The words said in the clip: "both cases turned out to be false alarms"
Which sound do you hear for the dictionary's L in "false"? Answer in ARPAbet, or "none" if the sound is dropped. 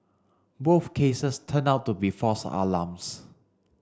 none